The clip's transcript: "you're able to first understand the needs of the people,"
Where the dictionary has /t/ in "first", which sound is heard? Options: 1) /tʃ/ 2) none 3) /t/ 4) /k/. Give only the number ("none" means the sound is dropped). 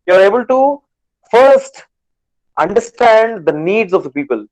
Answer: 3